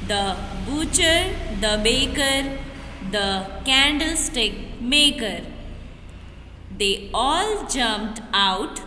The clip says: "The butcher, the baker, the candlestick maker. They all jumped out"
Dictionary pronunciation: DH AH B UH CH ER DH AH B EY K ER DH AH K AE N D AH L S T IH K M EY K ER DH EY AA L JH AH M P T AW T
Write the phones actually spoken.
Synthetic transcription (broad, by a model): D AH B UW CH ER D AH B EY K ER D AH K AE N D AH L S T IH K M EY K ER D EY AA L JH AH M P T AW T